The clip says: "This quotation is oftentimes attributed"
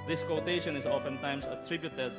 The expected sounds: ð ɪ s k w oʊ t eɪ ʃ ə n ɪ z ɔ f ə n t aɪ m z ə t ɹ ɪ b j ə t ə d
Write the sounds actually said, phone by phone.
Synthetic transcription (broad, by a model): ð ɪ s k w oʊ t eɪ ʃ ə n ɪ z ɔ f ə n t aɪ m s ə t ɹ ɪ b j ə t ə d